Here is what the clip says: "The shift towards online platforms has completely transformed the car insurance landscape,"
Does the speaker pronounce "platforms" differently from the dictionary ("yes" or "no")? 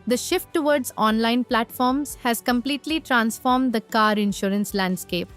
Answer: no